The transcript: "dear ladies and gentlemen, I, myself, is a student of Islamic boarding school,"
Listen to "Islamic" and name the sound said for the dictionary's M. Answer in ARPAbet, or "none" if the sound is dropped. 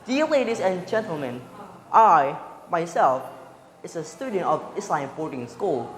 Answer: none